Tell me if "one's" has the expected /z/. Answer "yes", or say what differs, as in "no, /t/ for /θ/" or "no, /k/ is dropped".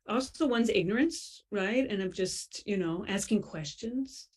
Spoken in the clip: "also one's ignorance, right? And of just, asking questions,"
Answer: yes